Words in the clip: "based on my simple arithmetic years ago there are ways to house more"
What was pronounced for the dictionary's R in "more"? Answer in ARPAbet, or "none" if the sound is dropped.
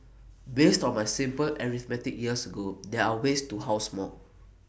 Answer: L